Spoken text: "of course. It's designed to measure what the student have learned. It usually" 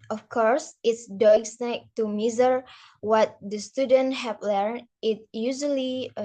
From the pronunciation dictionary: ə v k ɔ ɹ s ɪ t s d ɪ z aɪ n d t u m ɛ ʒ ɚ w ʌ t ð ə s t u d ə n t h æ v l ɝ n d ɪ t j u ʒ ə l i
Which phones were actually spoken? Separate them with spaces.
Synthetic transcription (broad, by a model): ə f k ɔ ɹ s ɪ t s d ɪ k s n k t u m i z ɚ w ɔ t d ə s t u d ə n t h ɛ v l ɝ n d ɪ t j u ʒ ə l i